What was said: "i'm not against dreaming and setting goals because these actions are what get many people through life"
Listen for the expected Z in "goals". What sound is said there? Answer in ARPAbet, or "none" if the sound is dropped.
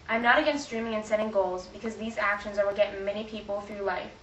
Z